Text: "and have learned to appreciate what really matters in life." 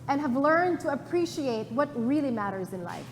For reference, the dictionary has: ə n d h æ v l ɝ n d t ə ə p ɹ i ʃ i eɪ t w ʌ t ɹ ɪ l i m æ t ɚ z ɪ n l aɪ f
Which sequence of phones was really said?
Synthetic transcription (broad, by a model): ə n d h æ v l ɝ n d t ə ə p ɹ i ʃ i eɪ t w ʌ t ɹ ɪ l i m æ t ɚ z ɪ n l aɪ f